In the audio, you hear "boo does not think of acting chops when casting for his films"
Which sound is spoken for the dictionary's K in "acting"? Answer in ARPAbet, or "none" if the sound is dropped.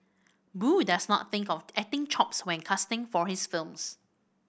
none